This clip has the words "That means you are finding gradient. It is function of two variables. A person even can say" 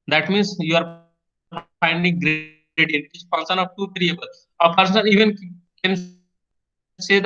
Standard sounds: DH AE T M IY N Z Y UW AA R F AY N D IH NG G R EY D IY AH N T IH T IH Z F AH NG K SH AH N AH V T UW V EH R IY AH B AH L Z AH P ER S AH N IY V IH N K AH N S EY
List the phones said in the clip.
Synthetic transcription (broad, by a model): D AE T M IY N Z Y UW AA R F AY N D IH NG G R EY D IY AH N IH T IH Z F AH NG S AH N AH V T UW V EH R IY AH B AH L AH P ER S AH N IY V IH N K AH N S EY